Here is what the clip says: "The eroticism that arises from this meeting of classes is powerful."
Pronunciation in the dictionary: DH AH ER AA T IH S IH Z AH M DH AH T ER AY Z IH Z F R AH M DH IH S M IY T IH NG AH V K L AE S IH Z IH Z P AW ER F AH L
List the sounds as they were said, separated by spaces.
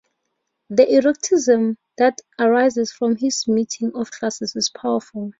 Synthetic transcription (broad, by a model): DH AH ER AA T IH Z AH M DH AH T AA AY Z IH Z F R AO M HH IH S M IY T IH NG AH F K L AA S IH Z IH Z P AW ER F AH L